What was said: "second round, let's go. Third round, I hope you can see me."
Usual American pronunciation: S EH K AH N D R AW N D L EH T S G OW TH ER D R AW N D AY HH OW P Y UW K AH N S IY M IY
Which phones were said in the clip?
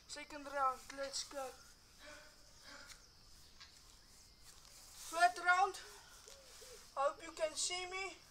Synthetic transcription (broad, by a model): S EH K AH N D R AW N D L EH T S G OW F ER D R AW N D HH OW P Y UW K AH N S IY M IY